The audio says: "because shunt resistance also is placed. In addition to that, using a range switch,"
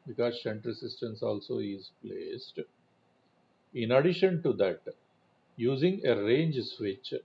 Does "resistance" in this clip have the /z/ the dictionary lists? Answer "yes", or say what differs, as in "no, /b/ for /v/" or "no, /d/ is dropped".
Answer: no, /s/ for /z/